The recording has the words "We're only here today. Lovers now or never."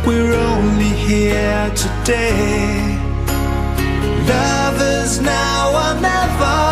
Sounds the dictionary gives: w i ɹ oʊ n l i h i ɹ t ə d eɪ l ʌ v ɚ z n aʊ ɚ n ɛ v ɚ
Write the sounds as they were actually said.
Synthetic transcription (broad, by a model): w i ɹ oʊ n l i h i ɹ t ə d eɪ l ʌ v ɚ z n aʊ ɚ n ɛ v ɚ